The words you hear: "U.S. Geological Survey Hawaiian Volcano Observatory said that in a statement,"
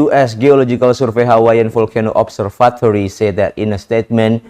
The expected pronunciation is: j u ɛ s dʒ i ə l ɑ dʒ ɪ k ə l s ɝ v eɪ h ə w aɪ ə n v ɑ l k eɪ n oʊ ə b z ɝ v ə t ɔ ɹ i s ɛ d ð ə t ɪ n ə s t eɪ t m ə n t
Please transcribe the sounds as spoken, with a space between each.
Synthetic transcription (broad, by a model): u ɛ s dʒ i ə l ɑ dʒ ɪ k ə l s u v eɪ h ə w aɪ ə n f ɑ l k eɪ n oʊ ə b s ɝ f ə t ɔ ɹ i s ɛ d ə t ɪ n ə s t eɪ t m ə n